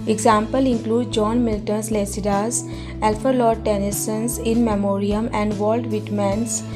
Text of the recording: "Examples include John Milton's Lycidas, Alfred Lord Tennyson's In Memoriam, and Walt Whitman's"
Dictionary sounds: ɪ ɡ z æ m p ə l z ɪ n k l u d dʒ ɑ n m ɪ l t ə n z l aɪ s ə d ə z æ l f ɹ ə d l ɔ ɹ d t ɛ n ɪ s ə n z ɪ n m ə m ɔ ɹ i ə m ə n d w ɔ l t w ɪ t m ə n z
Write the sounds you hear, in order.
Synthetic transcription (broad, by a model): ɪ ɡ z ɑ m p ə l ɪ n k l u d dʒ ɑ n m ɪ l t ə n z l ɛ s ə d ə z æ l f ə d l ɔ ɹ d t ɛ n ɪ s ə n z ɪ n m ə m ɔ ɹ i ə m ə n d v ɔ l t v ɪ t m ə n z